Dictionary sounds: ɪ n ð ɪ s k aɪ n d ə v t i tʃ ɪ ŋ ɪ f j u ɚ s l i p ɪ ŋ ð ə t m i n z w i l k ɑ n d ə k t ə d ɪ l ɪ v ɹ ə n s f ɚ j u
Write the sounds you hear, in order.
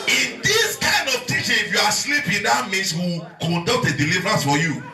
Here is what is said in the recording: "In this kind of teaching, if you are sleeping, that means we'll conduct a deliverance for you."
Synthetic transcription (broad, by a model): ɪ n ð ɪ s k aɪ n d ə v t i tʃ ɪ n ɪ f j u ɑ s l i p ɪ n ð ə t m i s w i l k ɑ n d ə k t ə d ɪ l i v ɹ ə n s f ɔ j u